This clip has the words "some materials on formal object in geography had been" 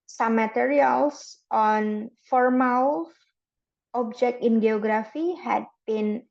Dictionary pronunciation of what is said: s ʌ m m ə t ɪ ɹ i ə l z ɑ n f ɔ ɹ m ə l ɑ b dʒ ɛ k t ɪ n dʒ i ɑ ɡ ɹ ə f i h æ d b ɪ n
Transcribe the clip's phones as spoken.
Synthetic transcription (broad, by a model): s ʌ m m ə t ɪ ɹ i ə l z ɑ n f ɔ ɹ m ə l ɑ b dʒ ɛ k t ɪ n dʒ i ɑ ɡ ɹ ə f i h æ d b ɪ n